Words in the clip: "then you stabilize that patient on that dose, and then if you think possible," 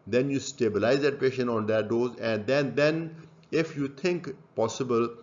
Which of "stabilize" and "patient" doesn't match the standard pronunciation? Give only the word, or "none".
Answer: patient